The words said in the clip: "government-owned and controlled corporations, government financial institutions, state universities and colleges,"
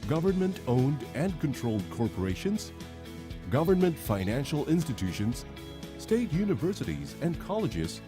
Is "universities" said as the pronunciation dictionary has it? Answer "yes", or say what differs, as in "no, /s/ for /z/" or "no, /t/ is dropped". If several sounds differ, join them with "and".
yes